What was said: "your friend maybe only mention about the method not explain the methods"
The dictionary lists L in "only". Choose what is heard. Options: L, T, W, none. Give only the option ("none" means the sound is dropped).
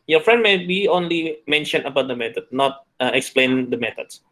L